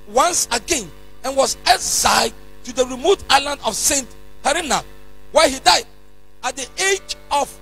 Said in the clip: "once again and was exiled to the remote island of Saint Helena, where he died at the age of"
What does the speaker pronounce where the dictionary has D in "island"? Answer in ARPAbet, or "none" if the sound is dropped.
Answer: D